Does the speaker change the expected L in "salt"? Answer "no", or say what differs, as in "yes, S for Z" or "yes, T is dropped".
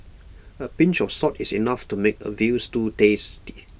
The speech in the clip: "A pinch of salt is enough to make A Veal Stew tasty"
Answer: yes, L is dropped